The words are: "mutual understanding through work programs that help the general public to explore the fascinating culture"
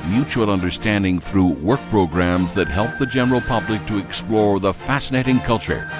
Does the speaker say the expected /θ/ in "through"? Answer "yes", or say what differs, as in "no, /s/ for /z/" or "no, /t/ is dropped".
yes